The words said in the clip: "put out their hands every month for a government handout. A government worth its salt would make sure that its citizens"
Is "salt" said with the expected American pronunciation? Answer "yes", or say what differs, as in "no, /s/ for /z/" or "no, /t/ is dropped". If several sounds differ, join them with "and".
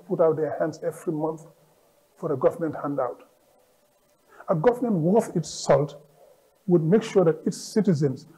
yes